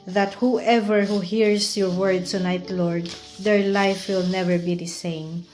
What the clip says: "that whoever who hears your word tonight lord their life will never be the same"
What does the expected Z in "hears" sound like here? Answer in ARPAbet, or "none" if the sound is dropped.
S